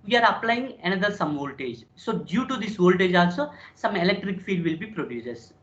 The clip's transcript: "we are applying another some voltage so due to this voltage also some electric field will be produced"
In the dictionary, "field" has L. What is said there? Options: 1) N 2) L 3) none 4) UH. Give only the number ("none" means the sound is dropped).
3